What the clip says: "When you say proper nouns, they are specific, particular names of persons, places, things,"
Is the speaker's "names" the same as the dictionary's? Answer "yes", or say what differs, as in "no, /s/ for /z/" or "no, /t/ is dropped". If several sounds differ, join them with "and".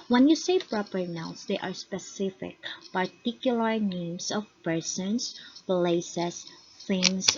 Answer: no, /s/ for /z/